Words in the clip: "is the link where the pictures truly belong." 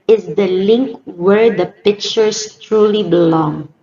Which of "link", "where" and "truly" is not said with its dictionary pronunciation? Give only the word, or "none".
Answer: none